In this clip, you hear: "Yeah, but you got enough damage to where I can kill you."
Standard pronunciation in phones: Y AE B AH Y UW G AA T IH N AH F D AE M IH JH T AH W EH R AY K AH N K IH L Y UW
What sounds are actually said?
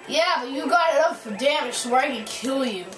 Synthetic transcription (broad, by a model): Y AE B AH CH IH G AA T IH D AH F D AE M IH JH S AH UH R AY K AH N K IH L Y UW